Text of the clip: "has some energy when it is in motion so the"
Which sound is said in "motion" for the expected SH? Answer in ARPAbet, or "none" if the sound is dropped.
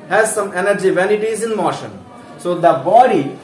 SH